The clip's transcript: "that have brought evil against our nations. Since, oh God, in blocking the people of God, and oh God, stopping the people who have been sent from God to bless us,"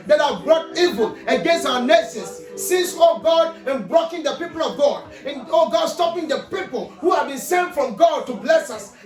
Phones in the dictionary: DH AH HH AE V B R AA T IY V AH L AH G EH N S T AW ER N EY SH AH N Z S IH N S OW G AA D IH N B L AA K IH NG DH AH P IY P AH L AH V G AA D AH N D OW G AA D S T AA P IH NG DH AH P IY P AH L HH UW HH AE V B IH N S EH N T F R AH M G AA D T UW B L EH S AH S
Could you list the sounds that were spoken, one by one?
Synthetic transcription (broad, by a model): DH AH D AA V B R AA T IY V AH L AH G EH N S T AW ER N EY S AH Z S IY S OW G AA D IH N B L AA K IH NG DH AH P IY P AH L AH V G AA D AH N OW G AA D S T AA P IH NG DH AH P IY P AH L HH UW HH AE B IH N S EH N F R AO M G AA D T UW B L EH S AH S